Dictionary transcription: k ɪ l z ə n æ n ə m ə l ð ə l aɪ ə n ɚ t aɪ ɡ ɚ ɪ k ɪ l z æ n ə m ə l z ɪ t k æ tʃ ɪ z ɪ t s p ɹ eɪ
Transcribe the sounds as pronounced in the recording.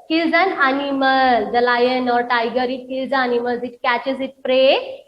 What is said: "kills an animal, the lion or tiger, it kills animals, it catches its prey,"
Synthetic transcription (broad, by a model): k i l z ə n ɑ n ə m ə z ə l aɪ ə n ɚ t aɪ ɡ ɚ ɪ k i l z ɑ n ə m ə z ɪ t k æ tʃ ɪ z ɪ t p ɹ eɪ